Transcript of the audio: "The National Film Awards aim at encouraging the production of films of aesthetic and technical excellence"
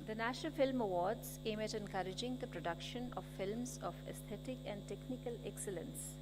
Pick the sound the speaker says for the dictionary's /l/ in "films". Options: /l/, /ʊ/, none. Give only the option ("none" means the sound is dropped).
/l/